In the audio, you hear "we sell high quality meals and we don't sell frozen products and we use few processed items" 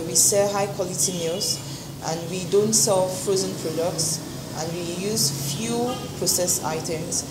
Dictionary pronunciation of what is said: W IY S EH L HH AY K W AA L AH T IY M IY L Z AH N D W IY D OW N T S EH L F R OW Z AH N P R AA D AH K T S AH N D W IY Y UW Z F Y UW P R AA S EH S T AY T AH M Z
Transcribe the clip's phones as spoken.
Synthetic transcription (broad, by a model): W IY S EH HH AY K W AA L AH T IY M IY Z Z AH N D W IY D OW N T S EH L F R OW Z AH N P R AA D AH K T S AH N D W IY Y UW Z F Y UW P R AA S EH S AY T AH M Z